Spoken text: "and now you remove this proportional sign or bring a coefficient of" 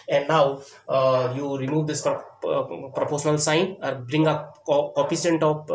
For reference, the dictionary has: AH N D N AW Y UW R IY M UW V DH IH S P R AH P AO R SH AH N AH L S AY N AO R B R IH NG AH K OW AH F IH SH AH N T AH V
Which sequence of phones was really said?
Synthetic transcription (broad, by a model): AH N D N AW Y UW R IY M UW V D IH S P R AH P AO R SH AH N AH L S AY N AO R B R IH NG AH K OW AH P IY S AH N T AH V